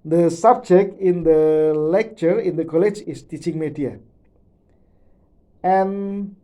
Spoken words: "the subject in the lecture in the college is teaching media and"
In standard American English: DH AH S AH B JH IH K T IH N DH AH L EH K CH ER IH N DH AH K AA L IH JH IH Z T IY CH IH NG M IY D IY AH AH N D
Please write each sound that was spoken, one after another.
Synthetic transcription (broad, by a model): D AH S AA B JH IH K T IH N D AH L EH K CH ER IH N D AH K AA L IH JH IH S T IY CH IH NG M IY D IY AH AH N